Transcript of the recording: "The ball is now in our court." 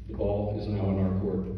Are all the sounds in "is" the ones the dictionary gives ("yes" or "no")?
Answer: yes